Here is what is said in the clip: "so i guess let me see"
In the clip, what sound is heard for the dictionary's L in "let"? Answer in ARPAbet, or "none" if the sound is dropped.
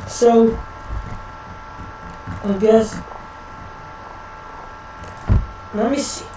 N